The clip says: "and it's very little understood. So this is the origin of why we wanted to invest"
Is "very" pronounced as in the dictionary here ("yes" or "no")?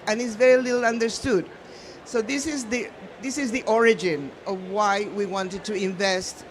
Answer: yes